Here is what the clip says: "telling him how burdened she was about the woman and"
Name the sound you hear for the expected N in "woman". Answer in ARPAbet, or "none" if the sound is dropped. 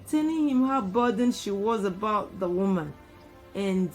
N